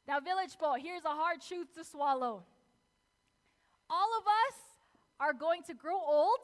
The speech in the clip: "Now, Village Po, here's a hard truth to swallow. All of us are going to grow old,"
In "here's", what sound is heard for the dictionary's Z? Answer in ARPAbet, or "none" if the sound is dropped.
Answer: Z